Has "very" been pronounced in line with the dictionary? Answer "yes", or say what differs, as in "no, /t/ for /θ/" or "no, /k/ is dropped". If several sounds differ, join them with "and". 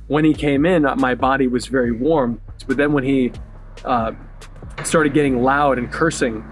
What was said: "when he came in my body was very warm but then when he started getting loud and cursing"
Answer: yes